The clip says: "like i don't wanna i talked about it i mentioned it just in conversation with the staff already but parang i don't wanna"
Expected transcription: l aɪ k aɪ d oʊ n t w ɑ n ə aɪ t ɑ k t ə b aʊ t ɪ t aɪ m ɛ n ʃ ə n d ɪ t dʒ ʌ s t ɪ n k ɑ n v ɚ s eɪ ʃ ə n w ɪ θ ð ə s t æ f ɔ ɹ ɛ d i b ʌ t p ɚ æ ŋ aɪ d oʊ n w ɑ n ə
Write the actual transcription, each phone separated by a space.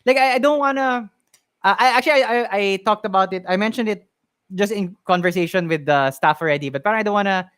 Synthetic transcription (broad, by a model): l aɪ k aɪ d oʊ n t w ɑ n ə aɪ t ɑ k t ə b aʊ t ɪ t aɪ m ɛ n ʃ ə n d ɪ t dʒ ʌ s t ɪ n k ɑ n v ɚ s eɪ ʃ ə n w ɪ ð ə s t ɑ f ɔ ɹ ɛ d i b ʌ t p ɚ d aɪ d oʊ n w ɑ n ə